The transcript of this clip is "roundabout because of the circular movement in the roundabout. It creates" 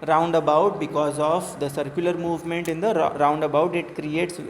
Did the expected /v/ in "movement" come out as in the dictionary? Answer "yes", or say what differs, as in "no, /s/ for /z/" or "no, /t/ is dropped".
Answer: yes